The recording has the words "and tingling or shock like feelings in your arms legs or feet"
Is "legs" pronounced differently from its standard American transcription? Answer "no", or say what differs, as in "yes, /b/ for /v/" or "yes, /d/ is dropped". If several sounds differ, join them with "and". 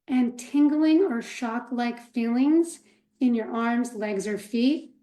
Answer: no